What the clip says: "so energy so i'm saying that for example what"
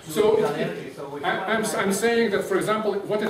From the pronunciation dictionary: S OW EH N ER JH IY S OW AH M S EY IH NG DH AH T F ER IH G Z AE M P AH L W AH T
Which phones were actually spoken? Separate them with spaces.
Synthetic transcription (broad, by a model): S OW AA AA IY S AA AH M S EY IH NG DH AH T F ER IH G Z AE M P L W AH T